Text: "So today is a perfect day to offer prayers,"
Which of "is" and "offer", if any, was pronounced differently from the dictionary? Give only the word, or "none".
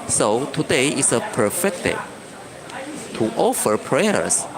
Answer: is